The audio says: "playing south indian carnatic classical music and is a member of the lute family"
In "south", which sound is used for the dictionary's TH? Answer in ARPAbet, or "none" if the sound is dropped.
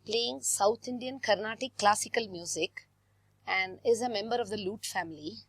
T